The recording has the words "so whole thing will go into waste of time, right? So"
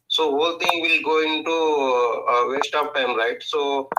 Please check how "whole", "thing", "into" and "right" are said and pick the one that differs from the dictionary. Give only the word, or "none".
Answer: thing